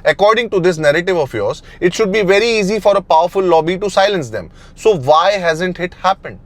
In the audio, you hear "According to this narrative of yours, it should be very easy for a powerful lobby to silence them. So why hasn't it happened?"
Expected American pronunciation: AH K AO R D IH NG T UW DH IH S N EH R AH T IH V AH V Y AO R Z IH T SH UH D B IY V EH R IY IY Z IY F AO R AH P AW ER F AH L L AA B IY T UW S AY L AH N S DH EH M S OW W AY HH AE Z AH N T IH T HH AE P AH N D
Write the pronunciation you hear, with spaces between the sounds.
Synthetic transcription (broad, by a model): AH K AO R D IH NG T UW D IH S N EH R AH T IH V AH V Y AO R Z IH T SH UH D B IY V EH R IY IY Z IY F AO R AH P AW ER F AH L L AA B IY T UW S AY L AH N S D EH M S OW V AY HH AE Z AH N T IH T HH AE P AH N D